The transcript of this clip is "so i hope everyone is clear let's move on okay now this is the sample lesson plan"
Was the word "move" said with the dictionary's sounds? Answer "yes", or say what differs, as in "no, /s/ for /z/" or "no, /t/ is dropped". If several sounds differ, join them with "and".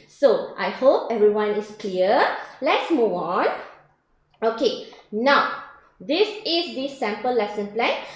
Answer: no, /v/ is dropped